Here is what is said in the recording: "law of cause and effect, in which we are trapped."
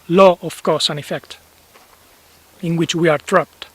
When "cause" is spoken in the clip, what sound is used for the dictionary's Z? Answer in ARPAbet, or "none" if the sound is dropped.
S